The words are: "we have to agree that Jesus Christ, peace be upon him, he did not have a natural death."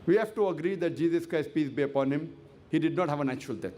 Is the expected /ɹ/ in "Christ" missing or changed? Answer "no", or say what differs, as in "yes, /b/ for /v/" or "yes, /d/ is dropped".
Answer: no